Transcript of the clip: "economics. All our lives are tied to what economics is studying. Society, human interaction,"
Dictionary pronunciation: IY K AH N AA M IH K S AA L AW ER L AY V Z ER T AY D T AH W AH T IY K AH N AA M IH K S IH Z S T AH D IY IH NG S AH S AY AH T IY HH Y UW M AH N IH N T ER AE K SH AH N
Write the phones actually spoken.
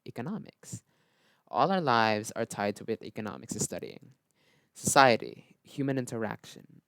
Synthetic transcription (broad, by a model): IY K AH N AA M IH K S AA L AW ER L AY V Z ER T AY D T AH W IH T IY K AH N AA M IH K S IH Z S T AH D IY IH NG S AH S AY AH T IY HH Y UW M AH N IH N T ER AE K SH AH N